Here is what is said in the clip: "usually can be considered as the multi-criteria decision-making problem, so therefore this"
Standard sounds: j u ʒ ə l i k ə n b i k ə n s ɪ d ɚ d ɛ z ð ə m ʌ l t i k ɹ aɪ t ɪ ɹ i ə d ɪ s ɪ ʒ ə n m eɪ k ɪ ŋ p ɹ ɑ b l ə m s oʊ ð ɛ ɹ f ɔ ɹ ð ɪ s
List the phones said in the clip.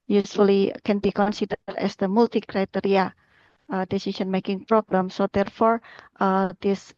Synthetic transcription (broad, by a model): j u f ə l i k ə n b i k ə n s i d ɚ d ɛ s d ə m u l t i k ɹ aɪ t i ɹ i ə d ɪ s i ʃ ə n m eɪ k ɪ ŋ p ɹ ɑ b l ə m s oʊ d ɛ ɹ f ɔ ɹ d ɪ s